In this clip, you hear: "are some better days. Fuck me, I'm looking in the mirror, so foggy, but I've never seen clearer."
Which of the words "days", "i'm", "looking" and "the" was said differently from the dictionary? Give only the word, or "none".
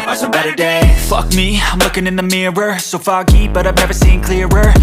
days